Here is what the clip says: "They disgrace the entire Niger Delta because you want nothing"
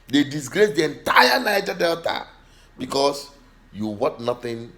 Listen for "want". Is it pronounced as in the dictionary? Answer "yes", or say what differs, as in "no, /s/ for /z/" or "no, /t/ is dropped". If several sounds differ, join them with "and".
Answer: no, /n/ is dropped